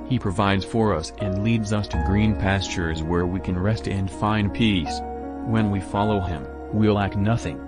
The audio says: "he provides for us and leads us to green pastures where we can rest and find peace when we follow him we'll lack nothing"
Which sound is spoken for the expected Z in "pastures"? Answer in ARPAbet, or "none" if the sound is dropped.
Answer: Z